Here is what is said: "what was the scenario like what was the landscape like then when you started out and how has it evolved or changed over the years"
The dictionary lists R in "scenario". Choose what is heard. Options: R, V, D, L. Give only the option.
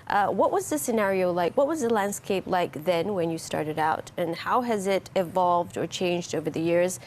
R